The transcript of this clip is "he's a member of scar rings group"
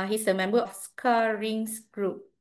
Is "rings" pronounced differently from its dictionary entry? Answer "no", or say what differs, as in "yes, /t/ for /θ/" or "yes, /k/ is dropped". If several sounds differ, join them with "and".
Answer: yes, /s/ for /z/